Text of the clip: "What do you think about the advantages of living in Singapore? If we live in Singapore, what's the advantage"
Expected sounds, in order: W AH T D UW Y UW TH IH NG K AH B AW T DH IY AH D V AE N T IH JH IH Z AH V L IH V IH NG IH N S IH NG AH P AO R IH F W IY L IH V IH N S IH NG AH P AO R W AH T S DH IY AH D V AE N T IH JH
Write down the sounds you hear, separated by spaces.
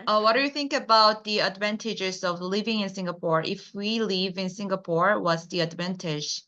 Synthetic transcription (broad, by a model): W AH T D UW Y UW TH IH NG K AH B AW T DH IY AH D V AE N T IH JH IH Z AH V L IH V IH NG IH N S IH NG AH P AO R IH F W IY L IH V IH N S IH NG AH P AO R W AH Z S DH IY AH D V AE N T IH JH